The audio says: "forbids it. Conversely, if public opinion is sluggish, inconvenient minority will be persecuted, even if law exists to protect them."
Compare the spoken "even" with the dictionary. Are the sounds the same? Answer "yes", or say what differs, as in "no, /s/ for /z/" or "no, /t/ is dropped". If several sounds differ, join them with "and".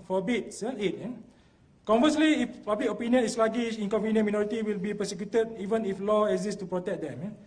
yes